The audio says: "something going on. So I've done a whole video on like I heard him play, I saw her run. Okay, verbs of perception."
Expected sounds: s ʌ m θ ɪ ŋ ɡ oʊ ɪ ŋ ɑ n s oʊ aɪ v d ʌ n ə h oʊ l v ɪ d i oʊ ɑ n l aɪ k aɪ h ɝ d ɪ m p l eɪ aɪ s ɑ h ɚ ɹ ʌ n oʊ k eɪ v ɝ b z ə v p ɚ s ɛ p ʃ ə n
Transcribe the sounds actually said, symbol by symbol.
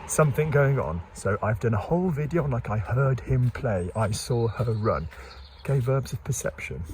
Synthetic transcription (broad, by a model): s ʌ m θ ɪ ŋ ɡ oʊ ɪ ŋ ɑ n s oʊ aɪ v d ʌ n ə h oʊ l v ɪ d i oʊ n l aɪ k aɪ h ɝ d ɪ m p l eɪ aɪ s ɑ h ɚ ɹ ʌ n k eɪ v ɝ b z ə v p ɚ s ɛ p ʃ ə n